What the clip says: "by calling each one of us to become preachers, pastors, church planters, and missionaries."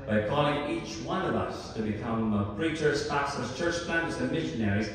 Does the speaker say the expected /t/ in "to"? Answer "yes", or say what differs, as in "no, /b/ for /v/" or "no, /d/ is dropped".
yes